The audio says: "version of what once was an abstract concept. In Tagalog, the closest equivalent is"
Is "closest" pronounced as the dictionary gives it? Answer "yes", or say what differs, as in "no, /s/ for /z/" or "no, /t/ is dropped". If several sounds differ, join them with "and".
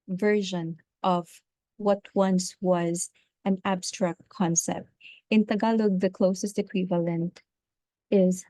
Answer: yes